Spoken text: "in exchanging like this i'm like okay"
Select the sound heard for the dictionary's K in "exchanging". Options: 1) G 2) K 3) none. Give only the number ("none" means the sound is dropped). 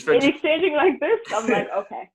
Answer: 2